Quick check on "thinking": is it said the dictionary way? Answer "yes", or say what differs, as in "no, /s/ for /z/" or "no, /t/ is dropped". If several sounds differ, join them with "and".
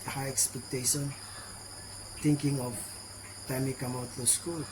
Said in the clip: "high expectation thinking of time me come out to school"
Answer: no, /t/ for /θ/